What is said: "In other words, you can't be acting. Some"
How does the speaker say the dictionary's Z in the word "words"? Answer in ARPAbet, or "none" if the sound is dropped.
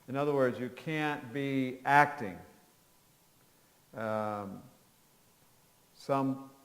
Z